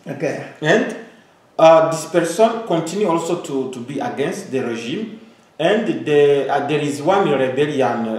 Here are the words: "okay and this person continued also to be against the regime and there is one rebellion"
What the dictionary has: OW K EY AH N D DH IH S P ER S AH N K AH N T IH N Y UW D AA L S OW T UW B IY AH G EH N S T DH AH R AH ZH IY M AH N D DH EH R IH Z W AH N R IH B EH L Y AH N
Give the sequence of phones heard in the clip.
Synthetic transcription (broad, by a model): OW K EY AH N D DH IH S P ER S AH N K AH N T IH N Y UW AA L S OW T UW B IY AH G EH N S T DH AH R AH ZH IY M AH N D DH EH R IH Z W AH N R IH B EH L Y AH N